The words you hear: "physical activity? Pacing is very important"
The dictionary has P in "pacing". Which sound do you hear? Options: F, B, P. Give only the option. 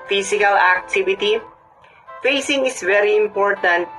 F